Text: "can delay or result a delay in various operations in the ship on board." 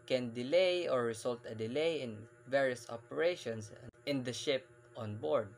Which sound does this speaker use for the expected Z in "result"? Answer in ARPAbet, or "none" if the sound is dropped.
S